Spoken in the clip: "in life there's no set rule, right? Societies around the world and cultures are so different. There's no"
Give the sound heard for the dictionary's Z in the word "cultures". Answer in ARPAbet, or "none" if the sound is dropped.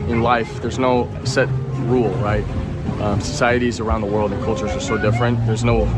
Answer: Z